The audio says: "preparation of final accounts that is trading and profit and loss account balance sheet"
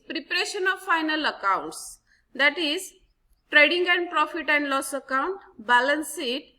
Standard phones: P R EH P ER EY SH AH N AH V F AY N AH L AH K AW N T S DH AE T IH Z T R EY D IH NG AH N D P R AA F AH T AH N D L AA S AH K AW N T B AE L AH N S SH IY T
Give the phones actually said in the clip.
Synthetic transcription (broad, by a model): P R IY P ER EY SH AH N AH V F AY N AH L AH K AW N T S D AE T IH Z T R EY D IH NG AH N D P R AA F AH T AH N D L AA S AH K AW N T B AE L AH N S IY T